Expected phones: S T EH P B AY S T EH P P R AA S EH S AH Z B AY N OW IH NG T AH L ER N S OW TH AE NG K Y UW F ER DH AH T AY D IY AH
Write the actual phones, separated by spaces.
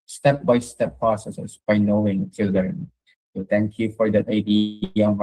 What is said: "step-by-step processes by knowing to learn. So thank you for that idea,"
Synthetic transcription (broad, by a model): S T EH P B AY S T EH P P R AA S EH S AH S B AY N OW IH NG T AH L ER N S OW T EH NG K Y UW F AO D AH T AY D IY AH